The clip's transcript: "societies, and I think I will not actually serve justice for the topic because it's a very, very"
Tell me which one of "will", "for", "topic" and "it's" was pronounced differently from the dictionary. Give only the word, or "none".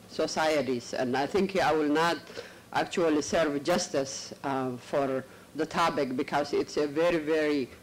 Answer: topic